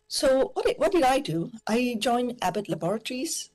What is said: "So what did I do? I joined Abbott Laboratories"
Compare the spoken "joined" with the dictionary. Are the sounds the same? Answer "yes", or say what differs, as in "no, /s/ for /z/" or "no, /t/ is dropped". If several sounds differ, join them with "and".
no, /d/ is dropped